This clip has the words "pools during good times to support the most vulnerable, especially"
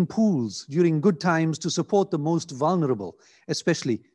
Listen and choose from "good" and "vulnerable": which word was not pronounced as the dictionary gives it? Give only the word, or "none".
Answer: none